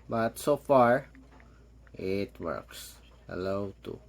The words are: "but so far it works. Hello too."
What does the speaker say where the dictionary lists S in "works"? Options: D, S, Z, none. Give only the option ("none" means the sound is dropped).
S